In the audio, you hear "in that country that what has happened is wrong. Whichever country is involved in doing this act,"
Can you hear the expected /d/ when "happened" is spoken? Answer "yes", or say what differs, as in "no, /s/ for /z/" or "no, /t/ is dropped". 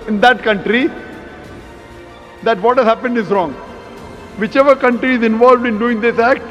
yes